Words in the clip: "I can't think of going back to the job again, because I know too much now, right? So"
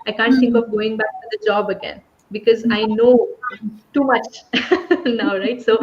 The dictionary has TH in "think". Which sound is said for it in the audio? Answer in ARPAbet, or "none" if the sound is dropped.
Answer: T